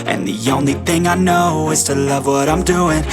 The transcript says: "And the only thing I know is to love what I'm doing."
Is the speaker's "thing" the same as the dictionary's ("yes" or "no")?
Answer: yes